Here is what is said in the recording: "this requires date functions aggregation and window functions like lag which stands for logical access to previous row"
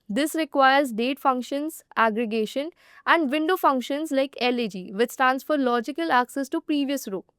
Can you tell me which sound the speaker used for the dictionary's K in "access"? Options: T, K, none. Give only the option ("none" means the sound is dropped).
K